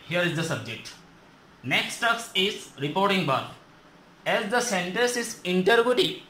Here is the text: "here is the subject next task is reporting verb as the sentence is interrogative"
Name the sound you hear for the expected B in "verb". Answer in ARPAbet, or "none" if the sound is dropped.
none